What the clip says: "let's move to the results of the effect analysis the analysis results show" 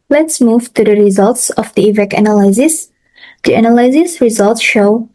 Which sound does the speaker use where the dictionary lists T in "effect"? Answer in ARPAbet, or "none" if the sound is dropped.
none